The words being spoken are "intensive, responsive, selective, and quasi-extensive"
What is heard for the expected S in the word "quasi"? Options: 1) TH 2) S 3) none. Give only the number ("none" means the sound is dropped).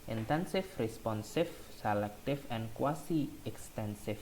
2